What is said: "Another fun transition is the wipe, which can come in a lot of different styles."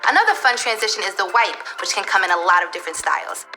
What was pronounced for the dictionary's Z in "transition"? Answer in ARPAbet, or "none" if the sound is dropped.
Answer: Z